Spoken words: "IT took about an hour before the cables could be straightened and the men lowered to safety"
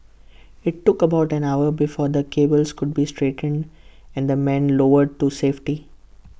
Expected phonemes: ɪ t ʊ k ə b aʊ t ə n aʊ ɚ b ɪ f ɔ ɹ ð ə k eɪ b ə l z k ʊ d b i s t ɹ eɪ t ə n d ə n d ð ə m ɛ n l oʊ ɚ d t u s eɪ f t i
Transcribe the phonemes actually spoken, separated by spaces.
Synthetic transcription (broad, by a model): ɪ t ʊ k ə b aʊ t ə n aʊ ɚ b ɪ f ɔ ɹ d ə k eɪ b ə l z k ʊ d b i s t ɹ eɪ t ə n d ə n d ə m ɛ n l oʊ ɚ d t u s eɪ f t i